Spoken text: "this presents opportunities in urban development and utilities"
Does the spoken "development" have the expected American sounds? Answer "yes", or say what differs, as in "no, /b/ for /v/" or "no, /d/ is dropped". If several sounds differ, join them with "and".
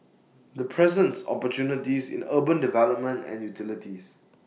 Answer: no, /p/ is dropped